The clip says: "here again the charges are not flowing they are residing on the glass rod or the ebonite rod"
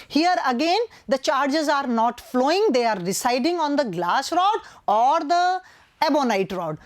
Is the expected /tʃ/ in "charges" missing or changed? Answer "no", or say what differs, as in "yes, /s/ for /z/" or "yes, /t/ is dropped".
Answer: no